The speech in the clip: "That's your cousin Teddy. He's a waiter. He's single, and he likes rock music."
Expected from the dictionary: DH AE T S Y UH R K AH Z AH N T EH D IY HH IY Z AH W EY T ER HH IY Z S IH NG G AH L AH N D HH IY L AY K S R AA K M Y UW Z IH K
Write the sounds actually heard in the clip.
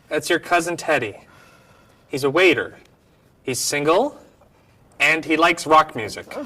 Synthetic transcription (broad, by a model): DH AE T S Y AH R K AH Z AH N T EH D IY HH IY Z AH W EY T ER HH IY Z S IH NG G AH L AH N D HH IY L AY K S R AA K M Y UW Z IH K